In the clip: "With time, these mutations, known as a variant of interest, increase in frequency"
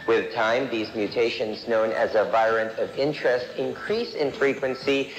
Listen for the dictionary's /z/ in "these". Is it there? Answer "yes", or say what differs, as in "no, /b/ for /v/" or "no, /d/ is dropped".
yes